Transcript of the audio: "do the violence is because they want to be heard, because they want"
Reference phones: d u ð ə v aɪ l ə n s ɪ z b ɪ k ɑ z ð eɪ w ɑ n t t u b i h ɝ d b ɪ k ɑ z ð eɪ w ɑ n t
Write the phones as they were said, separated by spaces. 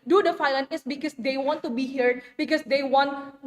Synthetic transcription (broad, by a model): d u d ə f aɪ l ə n ɪ s b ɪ k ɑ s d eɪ w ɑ n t t u b i h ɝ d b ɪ k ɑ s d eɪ w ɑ n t